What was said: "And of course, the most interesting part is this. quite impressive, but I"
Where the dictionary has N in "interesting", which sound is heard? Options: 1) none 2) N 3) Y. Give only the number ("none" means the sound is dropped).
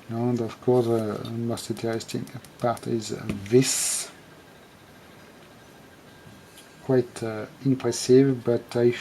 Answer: 1